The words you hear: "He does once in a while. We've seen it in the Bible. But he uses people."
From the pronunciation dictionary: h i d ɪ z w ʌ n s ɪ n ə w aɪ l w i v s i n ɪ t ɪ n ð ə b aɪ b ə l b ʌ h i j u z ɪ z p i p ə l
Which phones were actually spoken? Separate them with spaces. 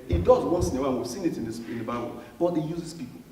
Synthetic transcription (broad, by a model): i d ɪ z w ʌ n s ɪ n ə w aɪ n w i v s i n ɪ t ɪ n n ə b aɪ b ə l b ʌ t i j u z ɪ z p i p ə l